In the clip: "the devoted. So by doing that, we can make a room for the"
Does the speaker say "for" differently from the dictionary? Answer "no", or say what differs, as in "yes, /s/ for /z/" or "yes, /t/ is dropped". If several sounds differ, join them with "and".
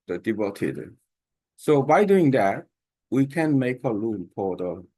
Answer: yes, /p/ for /f/